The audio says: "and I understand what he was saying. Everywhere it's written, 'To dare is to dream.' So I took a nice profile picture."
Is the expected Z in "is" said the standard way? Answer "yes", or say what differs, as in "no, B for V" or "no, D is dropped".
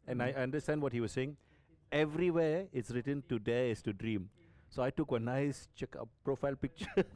no, S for Z